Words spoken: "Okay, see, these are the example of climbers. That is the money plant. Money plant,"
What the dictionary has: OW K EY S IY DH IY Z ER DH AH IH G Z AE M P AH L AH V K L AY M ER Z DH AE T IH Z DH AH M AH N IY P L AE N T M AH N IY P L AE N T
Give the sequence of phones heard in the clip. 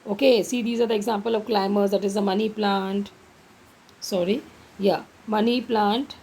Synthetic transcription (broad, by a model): OW K EY S IY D IY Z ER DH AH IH G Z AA M P AH L AH V K L AY M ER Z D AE T IH Z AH M AH N IY P L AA N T M AH N IY P L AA N T